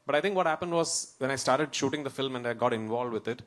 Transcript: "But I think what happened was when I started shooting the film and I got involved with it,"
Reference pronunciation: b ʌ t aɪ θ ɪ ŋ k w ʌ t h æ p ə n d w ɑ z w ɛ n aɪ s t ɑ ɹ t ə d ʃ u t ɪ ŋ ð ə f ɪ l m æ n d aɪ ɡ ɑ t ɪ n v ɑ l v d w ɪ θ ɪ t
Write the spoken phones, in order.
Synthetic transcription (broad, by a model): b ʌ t aɪ t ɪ ŋ k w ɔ t h æ p ə n d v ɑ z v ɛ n aɪ s t ɑ ɹ t ə d ʃ u t ɪ ŋ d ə f ɪ l m æ n d aɪ ɡ ɑ t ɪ n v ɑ l d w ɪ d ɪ t